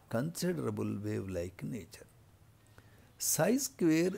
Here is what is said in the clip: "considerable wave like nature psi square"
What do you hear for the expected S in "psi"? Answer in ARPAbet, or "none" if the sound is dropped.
S